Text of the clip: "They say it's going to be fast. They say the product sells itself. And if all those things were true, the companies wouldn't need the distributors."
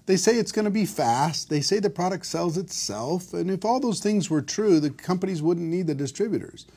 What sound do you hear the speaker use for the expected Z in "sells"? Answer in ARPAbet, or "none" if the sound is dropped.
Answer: Z